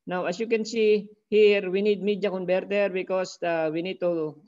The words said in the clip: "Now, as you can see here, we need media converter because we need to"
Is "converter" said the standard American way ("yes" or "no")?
no